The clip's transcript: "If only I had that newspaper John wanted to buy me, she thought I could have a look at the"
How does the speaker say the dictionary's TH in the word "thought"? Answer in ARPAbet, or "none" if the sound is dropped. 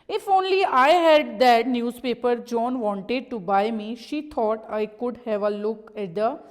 T